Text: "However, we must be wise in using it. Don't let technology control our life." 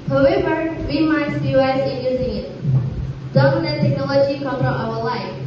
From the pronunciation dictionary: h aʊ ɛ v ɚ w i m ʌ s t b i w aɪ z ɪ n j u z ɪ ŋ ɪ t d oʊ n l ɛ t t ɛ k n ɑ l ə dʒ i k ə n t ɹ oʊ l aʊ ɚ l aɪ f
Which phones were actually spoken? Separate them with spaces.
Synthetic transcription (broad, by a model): h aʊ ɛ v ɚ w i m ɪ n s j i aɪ s ɪ n j u z ɪ ŋ ɪ t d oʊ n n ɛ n t ɛ k n ɑ l ə dʒ i k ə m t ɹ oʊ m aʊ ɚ l aɪ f